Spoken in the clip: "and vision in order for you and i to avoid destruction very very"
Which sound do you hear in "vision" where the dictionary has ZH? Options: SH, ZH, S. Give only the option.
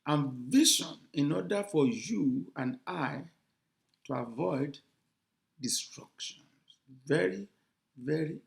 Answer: SH